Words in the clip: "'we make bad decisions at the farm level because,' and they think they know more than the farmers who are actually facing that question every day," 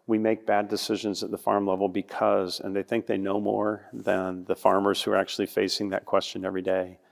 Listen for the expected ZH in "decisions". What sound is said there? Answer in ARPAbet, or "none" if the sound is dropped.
ZH